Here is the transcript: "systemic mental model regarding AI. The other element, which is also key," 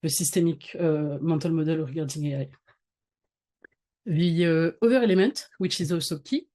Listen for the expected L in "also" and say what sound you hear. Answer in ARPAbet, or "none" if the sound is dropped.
none